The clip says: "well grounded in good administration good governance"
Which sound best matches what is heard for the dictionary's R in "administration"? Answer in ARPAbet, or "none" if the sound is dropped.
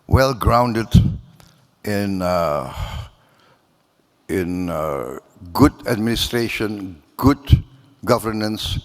R